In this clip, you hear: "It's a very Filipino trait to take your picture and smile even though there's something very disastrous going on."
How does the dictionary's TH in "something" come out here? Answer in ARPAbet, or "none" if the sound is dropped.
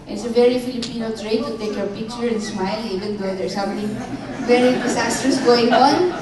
T